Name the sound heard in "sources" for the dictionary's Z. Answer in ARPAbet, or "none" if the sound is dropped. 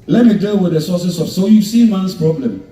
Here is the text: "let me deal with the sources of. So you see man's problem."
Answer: S